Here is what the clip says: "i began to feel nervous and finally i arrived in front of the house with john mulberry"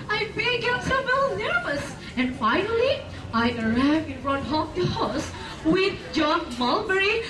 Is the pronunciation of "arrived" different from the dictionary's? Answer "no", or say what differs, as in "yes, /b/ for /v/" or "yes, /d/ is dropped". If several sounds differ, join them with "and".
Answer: yes, /d/ is dropped